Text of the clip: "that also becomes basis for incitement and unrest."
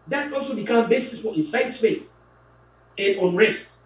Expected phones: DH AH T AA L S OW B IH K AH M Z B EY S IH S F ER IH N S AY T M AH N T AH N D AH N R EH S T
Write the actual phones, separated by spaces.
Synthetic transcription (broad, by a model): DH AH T AA L S OW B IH K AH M B EY S IH S F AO IH N S AY T M AH N T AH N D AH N R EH S T